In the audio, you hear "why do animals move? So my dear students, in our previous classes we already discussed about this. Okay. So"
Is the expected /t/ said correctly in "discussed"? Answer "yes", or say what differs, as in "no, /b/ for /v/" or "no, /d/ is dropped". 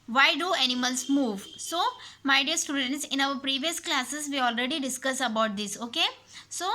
no, /t/ is dropped